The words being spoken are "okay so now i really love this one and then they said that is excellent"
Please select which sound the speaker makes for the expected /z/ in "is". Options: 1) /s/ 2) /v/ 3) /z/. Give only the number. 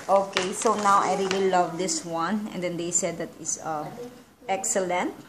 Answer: 1